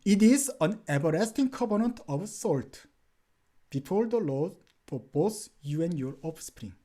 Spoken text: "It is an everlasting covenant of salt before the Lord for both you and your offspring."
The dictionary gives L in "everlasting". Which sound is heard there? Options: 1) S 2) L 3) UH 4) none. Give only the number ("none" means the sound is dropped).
4